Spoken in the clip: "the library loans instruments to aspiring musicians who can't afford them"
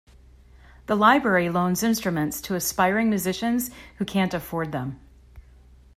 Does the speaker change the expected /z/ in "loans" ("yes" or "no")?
no